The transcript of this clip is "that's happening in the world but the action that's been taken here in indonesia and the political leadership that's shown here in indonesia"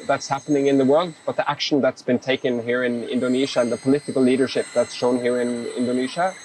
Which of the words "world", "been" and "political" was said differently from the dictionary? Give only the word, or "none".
none